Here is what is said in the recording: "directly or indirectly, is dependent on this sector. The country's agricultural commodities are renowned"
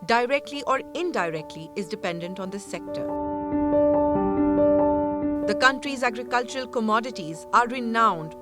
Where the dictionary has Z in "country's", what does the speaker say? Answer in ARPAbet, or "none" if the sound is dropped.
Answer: Z